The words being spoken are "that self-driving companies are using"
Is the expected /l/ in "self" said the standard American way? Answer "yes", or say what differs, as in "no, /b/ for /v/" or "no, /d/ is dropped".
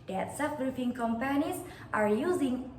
no, /l/ is dropped